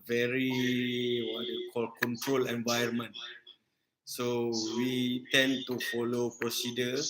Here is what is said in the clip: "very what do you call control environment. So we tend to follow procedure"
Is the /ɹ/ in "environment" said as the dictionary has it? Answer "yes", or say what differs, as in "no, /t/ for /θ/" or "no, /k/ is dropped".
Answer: no, /ɹ/ is dropped